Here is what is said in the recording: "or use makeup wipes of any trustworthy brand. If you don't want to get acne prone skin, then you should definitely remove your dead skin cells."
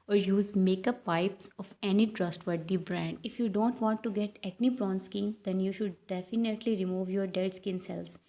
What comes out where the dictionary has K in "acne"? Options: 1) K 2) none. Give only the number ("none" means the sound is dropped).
2